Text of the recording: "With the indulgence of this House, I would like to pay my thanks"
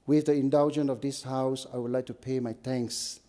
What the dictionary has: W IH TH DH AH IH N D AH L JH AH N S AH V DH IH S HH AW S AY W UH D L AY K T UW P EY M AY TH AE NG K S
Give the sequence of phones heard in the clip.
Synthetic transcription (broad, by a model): W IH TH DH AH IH N D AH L JH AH N AH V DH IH S HH AW S AY W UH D L AY K T UW P EY M AY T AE NG K S